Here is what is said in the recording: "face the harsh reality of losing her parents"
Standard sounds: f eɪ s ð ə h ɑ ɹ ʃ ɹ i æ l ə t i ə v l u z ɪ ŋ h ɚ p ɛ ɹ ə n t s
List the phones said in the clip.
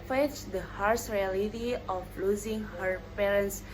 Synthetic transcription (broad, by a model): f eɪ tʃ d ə h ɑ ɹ s ɹ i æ l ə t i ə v l u z ɪ ŋ h ɚ p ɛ ɹ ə n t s